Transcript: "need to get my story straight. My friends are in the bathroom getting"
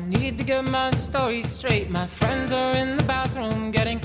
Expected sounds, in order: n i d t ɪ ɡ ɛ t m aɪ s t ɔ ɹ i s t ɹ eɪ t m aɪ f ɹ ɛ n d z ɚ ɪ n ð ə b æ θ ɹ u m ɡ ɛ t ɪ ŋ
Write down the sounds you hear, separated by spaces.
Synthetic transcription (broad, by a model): n i d t ɪ ɡ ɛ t m aɪ s t ɔ ɹ i s t ɹ eɪ t m aɪ f ɹ ɛ n d z ɚ ɪ n ð ə b æ θ ɹ u m ɡ ɛ t ɪ ŋ